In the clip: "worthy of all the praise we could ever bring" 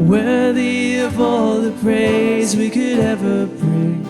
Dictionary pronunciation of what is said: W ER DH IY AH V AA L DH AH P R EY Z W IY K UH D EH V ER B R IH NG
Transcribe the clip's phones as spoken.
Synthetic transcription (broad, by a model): W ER DH IY AH V AA L DH AH P R EY Z W IY K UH D EH V ER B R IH